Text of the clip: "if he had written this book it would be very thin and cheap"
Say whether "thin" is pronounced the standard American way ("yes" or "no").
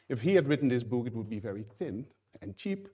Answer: yes